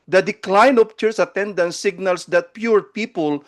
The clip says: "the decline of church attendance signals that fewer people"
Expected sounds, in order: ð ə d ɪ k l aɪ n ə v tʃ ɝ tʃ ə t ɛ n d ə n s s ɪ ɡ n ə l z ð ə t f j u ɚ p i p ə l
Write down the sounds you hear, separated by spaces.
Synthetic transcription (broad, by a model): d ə d ɪ k l aɪ n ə p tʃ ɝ s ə t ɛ n d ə n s s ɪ ɡ n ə l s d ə t p j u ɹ p i p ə l